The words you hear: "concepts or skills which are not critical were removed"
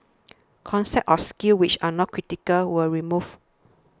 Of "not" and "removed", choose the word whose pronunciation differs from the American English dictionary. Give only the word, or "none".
removed